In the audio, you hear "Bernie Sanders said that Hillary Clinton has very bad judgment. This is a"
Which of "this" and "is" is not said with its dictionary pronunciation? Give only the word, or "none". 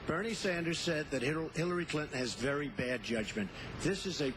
none